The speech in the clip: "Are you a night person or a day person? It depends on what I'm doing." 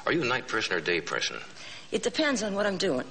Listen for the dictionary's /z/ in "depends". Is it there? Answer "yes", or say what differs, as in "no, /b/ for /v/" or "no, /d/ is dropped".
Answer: yes